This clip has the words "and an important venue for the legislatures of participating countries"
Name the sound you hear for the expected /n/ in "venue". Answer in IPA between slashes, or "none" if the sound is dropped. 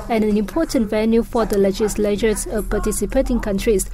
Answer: /l/